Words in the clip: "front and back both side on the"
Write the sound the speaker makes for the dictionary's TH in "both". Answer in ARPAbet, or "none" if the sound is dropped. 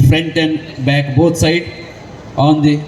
T